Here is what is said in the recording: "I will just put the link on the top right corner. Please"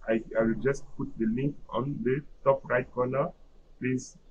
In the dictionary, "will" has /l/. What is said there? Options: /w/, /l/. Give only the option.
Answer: /w/